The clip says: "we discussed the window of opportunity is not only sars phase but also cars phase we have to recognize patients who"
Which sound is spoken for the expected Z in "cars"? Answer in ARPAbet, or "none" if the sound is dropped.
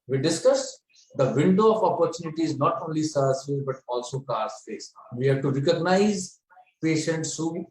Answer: S